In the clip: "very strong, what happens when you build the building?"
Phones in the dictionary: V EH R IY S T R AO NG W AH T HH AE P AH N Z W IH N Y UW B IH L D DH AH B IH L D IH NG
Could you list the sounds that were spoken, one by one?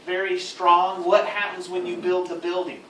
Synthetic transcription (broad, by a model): V EH R IY S T R AO NG W AH T HH AE P AH N Z W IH N Y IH B IH L D DH AH B IH L D IH NG